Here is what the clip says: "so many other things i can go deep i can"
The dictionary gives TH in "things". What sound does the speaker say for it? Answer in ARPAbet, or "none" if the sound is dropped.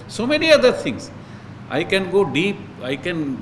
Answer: T